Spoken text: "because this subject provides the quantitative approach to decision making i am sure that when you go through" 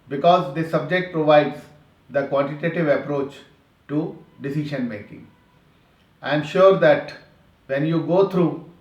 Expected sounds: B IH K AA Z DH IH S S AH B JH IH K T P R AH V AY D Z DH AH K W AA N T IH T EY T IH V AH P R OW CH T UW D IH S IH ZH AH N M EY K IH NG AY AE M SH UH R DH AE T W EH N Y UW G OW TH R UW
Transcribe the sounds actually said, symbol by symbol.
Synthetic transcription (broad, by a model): B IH K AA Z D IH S S AH B JH IH K T P R AH V AY D Z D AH K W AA N T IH T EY T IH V AH P R OW CH T UW D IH S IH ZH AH N M EY K IH NG AY M SH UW R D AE T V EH N Y UW G OW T R UW